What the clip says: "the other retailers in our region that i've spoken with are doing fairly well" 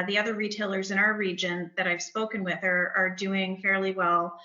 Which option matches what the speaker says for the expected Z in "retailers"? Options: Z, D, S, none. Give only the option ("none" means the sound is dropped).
Z